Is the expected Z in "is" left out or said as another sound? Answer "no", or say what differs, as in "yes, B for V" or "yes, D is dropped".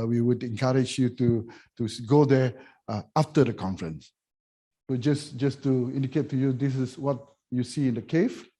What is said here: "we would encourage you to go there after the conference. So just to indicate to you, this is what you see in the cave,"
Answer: yes, S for Z